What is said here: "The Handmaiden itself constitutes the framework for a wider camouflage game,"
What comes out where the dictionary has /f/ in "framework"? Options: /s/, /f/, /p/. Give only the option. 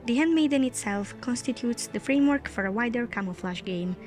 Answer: /f/